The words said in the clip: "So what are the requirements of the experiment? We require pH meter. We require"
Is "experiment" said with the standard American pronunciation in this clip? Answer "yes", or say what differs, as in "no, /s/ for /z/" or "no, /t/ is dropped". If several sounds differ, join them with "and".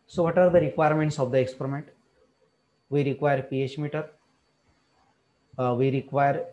yes